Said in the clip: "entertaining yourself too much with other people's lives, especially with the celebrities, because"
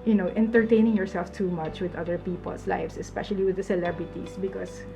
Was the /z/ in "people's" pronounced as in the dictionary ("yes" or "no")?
no